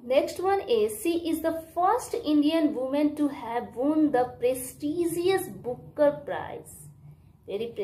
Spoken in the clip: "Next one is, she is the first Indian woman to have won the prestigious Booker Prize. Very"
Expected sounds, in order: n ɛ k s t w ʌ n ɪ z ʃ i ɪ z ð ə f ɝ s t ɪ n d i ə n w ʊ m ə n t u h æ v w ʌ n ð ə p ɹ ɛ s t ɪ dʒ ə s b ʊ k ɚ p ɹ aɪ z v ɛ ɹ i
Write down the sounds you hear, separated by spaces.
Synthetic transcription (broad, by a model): n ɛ k s t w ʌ n ɪ z s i ɪ z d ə f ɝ s t ɪ n d i ə n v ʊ m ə n t u h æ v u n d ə p ɹ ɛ s t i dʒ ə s b ʊ k ɚ p ɹ aɪ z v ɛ ɹ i